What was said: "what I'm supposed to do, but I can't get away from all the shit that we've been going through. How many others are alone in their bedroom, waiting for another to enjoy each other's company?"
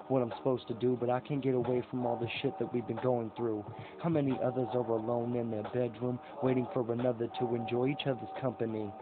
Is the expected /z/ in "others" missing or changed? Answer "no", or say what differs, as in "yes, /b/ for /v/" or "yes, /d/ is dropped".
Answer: no